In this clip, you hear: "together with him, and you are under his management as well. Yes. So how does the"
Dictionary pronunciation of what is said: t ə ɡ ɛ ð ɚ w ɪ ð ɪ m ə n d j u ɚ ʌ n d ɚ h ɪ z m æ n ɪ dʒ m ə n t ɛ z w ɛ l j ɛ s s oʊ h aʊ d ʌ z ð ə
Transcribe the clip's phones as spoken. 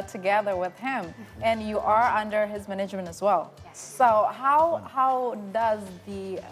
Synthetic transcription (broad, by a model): t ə ɡ ɛ ð ɚ w ɪ ð ɪ m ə n j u ɚ ʌ n d ɚ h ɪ z m æ n ɪ dʒ m ə n t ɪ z w ɛ l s s oʊ h aʊ d ʌ z ð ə